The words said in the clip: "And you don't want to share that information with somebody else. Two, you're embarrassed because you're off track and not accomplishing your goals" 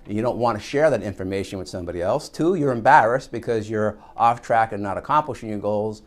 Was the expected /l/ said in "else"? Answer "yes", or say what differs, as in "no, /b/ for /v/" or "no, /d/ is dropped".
yes